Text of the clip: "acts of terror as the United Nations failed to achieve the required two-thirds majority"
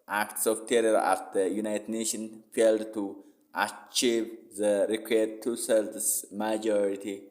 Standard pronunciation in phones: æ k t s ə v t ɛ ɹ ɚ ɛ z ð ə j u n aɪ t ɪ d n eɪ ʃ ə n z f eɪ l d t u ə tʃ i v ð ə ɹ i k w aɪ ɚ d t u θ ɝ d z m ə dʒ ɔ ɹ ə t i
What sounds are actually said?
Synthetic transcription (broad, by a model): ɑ k t s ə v t ɛ ɹ ɚ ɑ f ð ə j u n aɪ t ɪ d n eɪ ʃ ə n f eɪ l d t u ə tʃ i v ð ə ɹ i k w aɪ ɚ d t u s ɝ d s m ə dʒ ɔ ɹ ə t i